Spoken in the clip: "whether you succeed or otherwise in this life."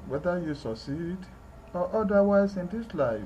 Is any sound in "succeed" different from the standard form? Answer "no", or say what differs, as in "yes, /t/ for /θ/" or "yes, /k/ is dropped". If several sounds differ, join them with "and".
no